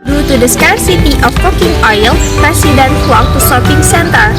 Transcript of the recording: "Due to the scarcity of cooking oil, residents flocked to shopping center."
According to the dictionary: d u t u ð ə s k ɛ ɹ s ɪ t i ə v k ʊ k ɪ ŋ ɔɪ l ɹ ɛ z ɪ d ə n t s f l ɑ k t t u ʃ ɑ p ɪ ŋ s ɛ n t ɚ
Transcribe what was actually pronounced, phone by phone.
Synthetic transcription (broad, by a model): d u t u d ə s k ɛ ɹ s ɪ t i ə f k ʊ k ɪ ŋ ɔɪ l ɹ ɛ s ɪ d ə n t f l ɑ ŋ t t u s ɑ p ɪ ŋ s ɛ n t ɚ